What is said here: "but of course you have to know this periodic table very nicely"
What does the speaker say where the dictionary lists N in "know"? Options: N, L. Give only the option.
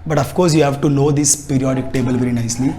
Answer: L